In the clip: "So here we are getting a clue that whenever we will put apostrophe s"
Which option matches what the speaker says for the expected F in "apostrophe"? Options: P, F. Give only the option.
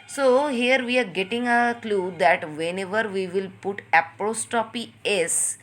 P